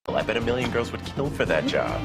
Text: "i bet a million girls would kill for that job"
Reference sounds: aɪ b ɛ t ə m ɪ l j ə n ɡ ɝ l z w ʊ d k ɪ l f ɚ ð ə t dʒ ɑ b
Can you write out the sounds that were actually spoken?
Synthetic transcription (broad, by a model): aɪ b ɛ t ə m ɪ l j ə n ɡ ɝ l z w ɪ d k ɪ l f ɚ ð ə t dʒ ɑ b